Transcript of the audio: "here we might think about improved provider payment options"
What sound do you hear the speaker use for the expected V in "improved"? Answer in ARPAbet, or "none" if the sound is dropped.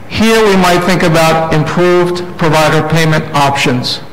V